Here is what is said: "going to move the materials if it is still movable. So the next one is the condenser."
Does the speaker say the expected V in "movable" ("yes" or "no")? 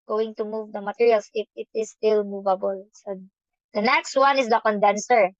yes